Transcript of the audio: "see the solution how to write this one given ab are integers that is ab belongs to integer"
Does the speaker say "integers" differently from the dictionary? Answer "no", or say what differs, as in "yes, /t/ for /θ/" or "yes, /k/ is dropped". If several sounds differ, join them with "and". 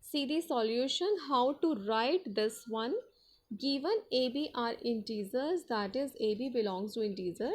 yes, /z/ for /dʒ/